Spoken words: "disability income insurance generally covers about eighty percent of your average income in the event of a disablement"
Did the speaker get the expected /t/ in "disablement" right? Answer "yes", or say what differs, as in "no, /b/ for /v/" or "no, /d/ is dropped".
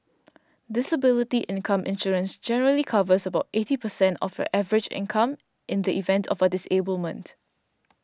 yes